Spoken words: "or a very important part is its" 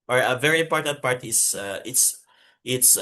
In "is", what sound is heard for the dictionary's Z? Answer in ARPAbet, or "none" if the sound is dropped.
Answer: S